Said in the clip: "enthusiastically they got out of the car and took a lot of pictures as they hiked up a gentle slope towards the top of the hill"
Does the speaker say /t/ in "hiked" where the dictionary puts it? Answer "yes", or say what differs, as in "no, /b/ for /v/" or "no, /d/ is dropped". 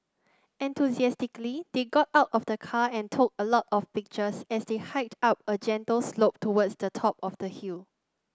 yes